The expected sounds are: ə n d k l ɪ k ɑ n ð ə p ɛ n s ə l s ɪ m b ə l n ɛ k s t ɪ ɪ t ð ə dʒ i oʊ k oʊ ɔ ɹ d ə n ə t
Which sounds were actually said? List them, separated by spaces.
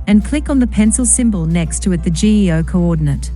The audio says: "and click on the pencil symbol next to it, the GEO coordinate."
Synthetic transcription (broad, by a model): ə n k l ɪ k n ð ə p ɛ n s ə l s ɪ m b ə l n ɛ k s t ɪ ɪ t ð ə dʒ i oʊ k oʊ ɔ ɹ d n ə t